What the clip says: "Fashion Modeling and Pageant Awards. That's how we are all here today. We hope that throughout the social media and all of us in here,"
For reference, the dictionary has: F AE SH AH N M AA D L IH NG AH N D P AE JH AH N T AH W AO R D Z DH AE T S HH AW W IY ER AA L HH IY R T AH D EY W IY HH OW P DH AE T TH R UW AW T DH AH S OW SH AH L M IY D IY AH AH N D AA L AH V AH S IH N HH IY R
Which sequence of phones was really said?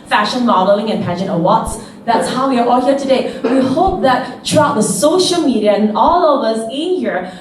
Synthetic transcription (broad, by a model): F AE SH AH N M AA D L IH NG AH N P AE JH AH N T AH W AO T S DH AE T S HH AW W IY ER AA L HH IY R T AH D EY W IY HH OW P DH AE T T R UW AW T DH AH S OW SH AH L M IY D IY AH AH N AA L AH V AH S IH N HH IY R